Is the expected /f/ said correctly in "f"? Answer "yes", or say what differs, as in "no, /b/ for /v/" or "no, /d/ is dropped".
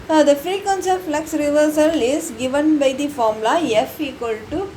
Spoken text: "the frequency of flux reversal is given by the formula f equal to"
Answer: yes